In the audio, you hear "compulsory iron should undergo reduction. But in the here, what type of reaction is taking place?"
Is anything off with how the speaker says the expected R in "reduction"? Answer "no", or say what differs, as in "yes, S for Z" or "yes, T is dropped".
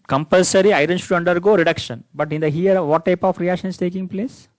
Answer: no